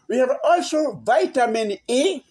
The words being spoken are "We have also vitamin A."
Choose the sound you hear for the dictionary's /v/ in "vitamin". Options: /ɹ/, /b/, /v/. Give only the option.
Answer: /v/